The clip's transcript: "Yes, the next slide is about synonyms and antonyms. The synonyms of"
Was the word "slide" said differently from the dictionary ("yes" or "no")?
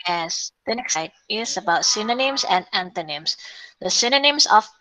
yes